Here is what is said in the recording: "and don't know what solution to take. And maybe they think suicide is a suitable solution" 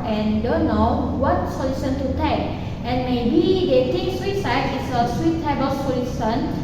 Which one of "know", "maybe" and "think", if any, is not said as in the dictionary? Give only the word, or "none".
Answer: think